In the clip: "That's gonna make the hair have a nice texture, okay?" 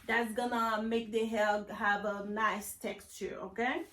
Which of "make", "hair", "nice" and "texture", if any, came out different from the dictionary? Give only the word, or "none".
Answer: hair